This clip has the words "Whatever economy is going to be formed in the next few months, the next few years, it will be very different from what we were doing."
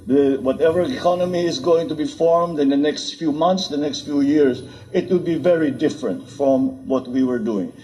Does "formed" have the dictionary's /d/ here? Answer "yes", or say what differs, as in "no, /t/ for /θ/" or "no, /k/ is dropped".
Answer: yes